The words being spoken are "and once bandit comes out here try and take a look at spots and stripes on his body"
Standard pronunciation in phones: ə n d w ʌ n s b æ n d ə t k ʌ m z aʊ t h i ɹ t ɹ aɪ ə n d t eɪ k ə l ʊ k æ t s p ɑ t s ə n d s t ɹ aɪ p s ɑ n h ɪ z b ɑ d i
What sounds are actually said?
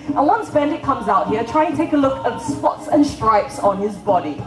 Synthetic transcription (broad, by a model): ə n w ʌ n s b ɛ n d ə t k ʌ m z aʊ t h i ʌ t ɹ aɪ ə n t t eɪ k ə l ʊ k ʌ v s p ɑ t s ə n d s t ɹ aɪ p s n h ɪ z b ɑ d i